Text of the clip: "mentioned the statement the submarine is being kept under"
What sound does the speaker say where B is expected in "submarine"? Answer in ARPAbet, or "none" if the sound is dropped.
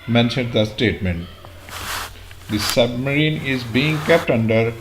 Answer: B